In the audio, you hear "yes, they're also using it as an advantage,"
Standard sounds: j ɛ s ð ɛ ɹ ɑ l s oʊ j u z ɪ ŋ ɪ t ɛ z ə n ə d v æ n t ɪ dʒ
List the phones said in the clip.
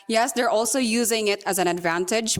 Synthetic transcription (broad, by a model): j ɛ s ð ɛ ɹ ɑ l s oʊ j u z ɪ ŋ ɪ t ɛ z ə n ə d v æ n t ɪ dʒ